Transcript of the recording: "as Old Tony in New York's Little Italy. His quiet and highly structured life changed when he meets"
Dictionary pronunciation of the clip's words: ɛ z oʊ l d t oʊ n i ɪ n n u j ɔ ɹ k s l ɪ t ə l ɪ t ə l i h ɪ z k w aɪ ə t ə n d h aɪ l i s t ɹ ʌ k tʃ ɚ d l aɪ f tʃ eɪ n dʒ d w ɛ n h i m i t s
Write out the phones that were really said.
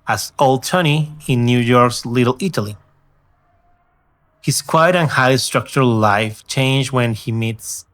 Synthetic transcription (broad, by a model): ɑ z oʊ l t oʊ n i ɪ n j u j ɔ ɹ k s l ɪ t l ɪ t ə l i h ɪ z k w aɪ ə t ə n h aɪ i s t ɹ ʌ k tʃ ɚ l aɪ f tʃ eɪ n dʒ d w ɛ n h i m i t s